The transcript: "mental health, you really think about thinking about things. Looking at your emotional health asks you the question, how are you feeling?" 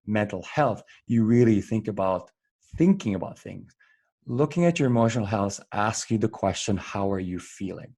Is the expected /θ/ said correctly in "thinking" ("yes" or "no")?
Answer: yes